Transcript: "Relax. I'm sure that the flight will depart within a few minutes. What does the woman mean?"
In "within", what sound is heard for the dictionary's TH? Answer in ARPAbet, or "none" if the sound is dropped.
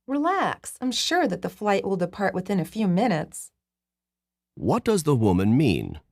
TH